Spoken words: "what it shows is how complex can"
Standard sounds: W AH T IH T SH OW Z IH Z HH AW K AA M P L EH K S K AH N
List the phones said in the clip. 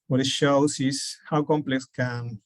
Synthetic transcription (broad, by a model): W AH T IH T SH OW S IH S HH AW K AA M P L EH K S K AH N